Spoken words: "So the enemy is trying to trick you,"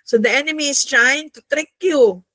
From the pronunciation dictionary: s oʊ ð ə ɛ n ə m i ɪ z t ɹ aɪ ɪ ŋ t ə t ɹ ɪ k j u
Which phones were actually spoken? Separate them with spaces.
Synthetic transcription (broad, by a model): s oʊ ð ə ɛ n ə m i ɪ s t ɹ aɪ ɪ ŋ t ə t ɹ ɪ k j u